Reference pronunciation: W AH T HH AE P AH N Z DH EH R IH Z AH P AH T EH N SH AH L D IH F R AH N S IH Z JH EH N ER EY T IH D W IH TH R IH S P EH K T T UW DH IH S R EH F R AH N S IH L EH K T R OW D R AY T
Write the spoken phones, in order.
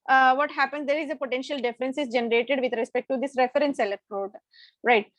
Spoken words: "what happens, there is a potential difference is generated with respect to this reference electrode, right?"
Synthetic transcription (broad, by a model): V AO T HH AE P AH N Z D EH R IH Z AH P AH T EH N SH AH L D IH F R AH N S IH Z JH EH N ER EY T IH D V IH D R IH S P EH K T T UW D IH S R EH F R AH N S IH L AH T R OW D R AY T